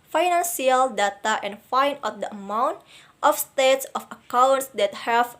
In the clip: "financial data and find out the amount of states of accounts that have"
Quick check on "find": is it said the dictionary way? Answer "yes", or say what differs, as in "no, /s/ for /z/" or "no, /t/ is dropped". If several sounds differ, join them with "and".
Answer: no, /d/ is dropped